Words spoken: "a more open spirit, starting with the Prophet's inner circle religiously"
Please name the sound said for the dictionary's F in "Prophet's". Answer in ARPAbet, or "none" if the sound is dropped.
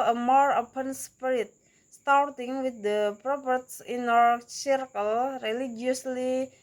P